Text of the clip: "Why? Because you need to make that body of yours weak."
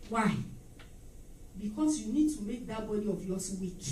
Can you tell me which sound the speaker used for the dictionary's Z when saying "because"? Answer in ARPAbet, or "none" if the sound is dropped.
S